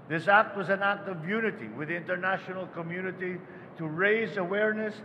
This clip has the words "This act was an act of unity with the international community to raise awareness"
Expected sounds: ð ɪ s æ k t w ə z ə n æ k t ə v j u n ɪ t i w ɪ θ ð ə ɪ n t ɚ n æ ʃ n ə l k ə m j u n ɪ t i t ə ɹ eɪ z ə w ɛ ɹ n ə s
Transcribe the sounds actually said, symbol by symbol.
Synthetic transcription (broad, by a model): ð ɪ s æ k t w ə z ə n æ k t ə v j u n ɪ t i w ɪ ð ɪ n t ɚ n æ ʃ n l k ə m j u n ɪ t i t ə ɹ eɪ z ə w ɛ ɹ n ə s